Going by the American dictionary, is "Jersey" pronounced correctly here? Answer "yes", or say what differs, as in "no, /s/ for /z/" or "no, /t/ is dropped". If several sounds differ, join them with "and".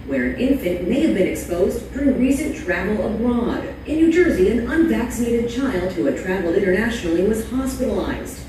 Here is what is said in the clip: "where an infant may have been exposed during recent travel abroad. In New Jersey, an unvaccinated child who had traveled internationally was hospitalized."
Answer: yes